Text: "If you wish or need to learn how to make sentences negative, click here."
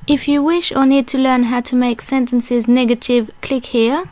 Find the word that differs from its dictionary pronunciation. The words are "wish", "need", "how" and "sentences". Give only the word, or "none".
none